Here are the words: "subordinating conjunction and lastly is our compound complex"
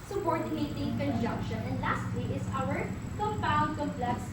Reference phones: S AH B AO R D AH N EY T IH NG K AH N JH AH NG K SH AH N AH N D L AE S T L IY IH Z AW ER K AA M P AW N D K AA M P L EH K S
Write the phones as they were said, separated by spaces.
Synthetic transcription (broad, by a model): S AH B AO R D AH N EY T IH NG K AH N JH AH NG K SH AH N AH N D L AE S T L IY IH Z AW ER K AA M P AW N D K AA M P L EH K S